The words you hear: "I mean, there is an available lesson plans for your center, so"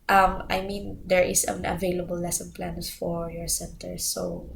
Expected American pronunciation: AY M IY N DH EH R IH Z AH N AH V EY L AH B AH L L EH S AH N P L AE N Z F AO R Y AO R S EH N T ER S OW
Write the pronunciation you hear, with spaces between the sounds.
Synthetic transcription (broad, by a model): AY M IY N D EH R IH S AH N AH V EY L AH B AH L L EH S AH N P L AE N S F AO R Y AO R S EH N T ER S OW